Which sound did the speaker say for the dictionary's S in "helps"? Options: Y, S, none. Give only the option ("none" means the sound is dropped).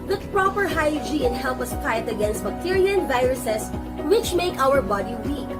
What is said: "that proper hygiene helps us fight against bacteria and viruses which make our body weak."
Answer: none